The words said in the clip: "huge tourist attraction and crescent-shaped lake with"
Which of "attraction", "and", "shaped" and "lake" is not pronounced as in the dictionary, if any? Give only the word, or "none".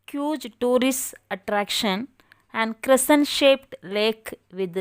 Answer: none